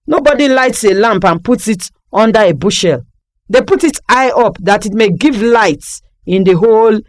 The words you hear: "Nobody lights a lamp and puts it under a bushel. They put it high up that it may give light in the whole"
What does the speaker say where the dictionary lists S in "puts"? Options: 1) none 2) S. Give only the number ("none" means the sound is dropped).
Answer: 1